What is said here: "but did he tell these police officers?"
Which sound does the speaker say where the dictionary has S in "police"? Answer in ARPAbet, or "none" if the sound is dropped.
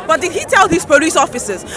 S